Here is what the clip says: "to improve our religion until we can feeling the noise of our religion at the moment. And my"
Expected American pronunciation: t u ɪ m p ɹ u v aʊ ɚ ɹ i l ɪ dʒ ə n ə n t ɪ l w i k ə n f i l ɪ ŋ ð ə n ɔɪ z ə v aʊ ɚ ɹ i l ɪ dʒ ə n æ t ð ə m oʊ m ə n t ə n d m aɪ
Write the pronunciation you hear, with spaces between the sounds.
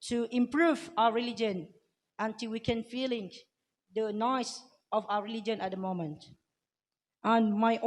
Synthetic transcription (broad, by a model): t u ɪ m p ɹ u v aʊ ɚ ɹ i l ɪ dʒ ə n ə n t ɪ l w i k ə n f i l ɪ ŋ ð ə n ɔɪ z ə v aʊ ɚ ɹ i l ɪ dʒ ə n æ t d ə m oʊ m ə n t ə n m aɪ